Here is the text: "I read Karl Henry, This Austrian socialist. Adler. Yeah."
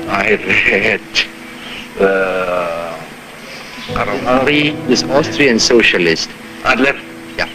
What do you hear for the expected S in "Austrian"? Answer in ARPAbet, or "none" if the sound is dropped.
S